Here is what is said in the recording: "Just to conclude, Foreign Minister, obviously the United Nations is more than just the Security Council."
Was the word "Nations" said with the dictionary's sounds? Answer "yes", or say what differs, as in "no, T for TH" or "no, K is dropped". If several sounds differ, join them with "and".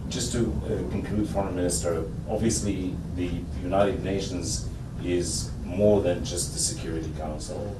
yes